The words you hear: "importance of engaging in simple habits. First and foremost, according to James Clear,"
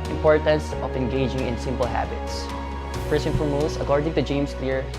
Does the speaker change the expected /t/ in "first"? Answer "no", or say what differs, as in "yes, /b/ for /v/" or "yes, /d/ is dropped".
yes, /t/ is dropped